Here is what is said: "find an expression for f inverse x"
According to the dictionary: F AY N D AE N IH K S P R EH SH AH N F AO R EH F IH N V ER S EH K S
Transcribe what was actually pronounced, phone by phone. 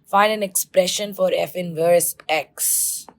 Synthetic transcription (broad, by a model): F AY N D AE N IH K S P R EH SH AH N F AO R EH F IH N V ER S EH K S